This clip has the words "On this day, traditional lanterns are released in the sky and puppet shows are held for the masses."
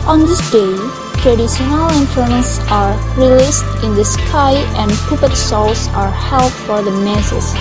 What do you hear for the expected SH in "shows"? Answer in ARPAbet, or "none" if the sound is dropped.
S